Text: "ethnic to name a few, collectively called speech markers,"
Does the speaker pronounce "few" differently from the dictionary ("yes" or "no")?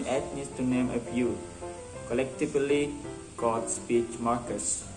yes